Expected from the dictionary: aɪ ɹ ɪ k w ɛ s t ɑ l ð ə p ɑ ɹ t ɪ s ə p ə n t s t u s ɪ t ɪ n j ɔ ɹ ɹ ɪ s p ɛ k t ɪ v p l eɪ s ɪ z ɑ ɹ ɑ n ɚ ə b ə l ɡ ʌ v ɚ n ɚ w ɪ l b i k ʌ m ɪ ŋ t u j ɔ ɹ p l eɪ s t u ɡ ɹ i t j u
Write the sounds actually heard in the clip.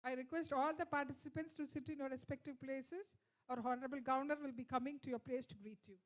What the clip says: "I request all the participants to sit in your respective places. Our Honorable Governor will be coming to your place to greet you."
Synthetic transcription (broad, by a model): aɪ ɹ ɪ k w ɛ s t ɑ l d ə p ɑ ɹ t ɪ s ə p ə n t s t u s ɪ t ɪ n j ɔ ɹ ɹ ɪ s p ɛ k t ɪ v p l eɪ s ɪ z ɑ ɹ ɑ n ɚ ə b ə l ɡ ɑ ʊ n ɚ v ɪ l b i k ʌ m ɪ ŋ t u j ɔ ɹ p l eɪ s t u ɡ ɹ i t j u